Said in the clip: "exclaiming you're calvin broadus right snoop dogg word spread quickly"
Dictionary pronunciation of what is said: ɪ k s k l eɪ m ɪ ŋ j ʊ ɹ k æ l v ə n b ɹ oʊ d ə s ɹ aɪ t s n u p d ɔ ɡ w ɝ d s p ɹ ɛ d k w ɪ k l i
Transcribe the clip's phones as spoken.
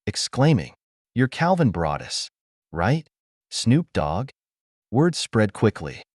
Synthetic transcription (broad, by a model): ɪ k s k l eɪ m ɪ ŋ j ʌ ɹ k æ l v ə n b ɹ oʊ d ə s ɹ aɪ t s n u p d ɔ ɡ w ɝ d s p ɹ ɛ d k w ɪ k l i